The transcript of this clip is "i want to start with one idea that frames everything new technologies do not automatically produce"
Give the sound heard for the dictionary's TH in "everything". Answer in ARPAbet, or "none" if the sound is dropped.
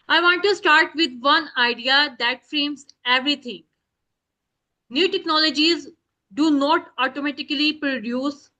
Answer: T